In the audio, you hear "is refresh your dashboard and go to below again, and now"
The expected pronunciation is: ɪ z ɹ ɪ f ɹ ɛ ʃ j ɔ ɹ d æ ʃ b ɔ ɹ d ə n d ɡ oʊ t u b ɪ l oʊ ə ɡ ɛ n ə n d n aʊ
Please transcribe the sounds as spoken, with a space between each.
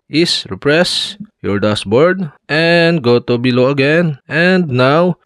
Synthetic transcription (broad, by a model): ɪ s ɹ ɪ p ɹ ɛ s j ɔ ɹ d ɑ s b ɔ ɹ d ə n d ɡ oʊ t u b ɪ l oʊ ə ɡ ɛ n ə n d n aʊ